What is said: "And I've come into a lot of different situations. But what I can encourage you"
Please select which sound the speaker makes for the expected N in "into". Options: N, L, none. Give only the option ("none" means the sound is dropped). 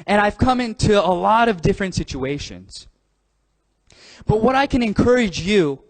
N